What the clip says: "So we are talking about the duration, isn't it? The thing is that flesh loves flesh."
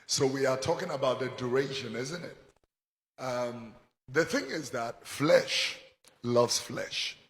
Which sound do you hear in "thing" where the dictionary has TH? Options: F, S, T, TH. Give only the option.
TH